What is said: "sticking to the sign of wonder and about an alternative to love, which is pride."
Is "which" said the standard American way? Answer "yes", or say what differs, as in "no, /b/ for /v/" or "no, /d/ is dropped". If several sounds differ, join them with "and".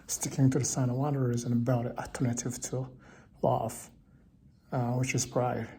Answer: yes